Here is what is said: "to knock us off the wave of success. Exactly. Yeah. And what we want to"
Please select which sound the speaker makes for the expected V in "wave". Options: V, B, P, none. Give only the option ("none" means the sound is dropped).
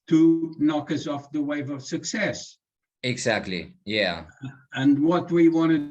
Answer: V